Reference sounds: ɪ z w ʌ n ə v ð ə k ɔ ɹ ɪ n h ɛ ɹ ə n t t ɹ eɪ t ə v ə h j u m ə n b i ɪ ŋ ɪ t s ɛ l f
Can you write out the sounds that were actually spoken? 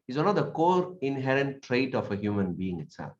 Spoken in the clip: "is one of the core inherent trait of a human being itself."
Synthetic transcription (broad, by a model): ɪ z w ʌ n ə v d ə k ɔ ɹ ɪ n h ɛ ɹ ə n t t ɹ eɪ t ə f ə h j u m ə n b i ɪ ŋ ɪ t s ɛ l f